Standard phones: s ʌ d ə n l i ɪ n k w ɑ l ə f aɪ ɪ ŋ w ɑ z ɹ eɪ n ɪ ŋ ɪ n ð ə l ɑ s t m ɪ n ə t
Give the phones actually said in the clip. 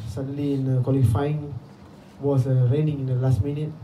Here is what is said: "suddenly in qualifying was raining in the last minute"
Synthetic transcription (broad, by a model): s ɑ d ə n l i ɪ n k w ɑ l ə f aɪ ɪ ŋ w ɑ s ɹ eɪ n ɪ ŋ ɪ n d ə l ɑ s t m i n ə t